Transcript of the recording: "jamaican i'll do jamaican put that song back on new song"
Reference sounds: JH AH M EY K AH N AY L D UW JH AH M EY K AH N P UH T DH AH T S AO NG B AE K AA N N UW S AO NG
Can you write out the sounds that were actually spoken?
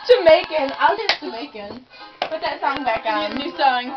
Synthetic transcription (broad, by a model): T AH M EY K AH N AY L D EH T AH M EY K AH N B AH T DH AH T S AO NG B AE K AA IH N UW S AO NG